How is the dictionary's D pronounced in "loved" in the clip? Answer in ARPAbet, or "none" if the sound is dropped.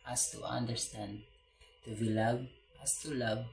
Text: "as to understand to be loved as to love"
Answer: none